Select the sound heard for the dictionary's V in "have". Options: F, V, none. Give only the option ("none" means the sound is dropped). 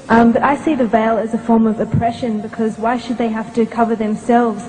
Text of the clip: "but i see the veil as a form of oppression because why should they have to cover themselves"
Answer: F